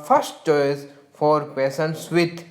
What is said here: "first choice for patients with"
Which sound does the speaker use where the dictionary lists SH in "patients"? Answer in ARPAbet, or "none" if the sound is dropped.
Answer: S